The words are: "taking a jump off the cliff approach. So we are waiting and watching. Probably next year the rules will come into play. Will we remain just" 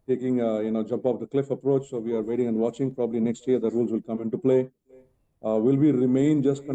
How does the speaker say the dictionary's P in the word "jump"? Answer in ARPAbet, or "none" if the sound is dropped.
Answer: P